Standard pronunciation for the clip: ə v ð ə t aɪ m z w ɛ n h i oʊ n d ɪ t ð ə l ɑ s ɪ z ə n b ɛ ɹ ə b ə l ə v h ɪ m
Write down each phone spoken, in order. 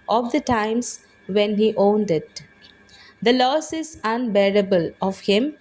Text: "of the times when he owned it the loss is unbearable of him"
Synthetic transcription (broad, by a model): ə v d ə t aɪ m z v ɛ n h i oʊ n d ɪ t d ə l ɑ s ɪ z ə n b ɛ ɹ ə b ə l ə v h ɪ m